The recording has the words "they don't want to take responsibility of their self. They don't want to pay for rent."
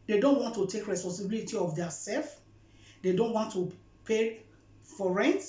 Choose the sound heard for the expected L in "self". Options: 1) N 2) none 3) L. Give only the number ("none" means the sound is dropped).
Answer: 3